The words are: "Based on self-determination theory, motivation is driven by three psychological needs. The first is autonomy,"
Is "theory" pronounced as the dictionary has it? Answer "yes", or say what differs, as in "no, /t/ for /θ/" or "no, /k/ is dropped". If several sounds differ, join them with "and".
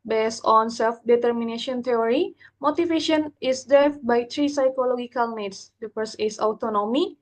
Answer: no, /t/ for /θ/